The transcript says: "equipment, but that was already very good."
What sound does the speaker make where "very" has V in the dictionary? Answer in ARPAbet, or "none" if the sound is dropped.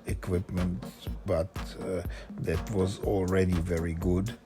V